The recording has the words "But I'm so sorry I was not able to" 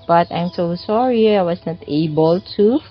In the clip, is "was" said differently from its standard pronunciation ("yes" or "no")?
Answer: yes